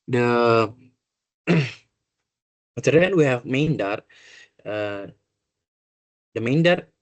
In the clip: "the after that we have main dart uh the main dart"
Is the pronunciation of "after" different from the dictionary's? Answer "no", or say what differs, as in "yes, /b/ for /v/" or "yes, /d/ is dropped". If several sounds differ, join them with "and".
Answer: yes, /f/ is dropped